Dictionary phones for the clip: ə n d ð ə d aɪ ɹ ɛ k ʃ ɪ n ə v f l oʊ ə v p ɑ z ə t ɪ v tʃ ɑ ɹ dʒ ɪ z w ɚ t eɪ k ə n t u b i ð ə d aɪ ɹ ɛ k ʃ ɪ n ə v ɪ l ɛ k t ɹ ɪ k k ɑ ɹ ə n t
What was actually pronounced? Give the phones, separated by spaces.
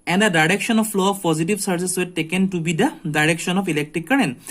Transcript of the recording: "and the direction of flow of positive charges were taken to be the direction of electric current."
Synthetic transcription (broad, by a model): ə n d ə d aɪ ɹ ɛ k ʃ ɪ n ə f l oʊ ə f p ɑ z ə t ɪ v s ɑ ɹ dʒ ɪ s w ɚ t eɪ k ə n t u b i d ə d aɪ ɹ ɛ k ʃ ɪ n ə f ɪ l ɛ k t ɹ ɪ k k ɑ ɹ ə n